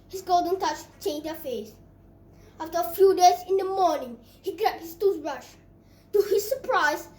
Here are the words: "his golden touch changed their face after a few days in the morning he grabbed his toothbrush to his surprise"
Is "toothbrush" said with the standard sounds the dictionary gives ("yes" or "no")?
no